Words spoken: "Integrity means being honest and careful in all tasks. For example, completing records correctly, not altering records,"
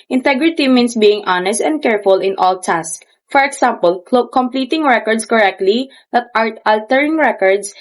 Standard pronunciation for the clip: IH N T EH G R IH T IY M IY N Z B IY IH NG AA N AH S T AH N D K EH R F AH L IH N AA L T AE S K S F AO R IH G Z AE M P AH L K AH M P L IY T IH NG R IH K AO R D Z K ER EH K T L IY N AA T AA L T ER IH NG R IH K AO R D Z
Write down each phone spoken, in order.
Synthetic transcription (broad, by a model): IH N T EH G R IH T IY M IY N S B IY IH NG AA N AH S T AH N D K EH R F AH L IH N AA L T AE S S F AO R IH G S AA M P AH L K AH M P L IY T IH NG R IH K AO R D S K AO EH K T L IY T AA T AA L T ER IH NG R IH K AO R D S